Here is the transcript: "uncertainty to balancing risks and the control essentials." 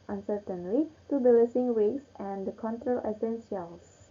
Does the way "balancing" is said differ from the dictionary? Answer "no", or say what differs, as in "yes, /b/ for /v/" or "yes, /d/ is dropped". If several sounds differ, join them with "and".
yes, /n/ is dropped